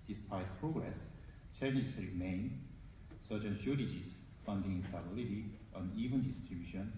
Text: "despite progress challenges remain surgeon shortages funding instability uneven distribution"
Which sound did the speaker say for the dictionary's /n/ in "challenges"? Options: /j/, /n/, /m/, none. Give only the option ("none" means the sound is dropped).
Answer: none